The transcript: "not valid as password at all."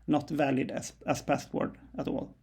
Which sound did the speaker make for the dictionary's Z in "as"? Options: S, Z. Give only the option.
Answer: S